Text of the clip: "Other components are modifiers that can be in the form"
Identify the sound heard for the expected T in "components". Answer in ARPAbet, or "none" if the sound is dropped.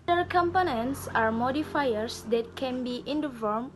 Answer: S